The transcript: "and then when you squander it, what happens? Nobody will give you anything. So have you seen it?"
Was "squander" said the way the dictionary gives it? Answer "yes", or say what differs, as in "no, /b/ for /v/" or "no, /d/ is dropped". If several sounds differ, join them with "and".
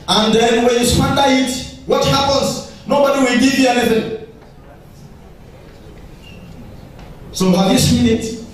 no, /k/ is dropped